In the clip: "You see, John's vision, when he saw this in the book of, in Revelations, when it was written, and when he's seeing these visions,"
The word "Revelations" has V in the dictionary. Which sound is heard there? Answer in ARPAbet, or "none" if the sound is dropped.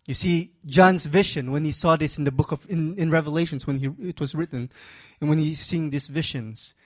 V